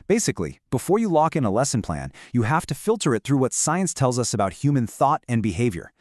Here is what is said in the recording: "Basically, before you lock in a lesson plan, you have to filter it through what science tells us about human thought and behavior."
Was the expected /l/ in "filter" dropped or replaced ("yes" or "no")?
no